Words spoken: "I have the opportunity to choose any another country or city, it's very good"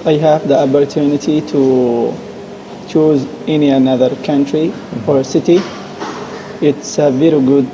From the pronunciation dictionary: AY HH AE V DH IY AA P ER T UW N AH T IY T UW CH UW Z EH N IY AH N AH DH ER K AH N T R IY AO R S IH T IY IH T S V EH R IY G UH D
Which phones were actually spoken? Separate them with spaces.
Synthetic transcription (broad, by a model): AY HH AE V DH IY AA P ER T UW N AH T IY T UW CH UW Z EH N IY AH N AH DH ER K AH N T R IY AO R S IH T IY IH T S V EH R IY G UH D